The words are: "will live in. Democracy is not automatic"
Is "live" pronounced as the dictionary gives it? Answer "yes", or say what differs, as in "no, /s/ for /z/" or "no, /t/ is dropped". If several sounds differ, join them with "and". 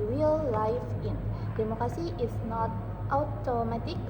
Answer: no, /f/ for /v/